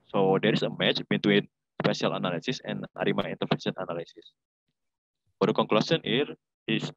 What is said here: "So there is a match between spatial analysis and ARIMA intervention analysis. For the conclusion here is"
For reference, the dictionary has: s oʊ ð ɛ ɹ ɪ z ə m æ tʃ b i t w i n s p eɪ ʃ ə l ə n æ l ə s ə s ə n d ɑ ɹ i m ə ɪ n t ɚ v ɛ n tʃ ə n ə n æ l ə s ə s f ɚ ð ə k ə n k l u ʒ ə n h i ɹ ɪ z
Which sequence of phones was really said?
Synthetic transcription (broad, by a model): s oʊ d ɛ ɹ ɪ s ə m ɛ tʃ b i t w i n s p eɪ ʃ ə l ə n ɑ l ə s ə s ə n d ɑ ɹ i m ə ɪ n t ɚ f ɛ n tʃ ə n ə n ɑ l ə s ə s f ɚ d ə k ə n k l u s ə n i ɹ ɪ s